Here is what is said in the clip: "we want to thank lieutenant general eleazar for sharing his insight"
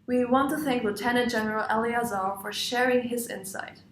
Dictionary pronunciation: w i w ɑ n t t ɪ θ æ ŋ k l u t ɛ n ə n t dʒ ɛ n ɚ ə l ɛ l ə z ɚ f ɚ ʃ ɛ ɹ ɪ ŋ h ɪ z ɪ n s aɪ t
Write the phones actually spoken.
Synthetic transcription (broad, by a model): w i w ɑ n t t ɪ θ æ ŋ k l u t ɛ n ə n t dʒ ɛ n ɚ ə l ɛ l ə z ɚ f ɚ ʃ ɛ ɹ ɪ ŋ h ɪ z ɪ n s aɪ t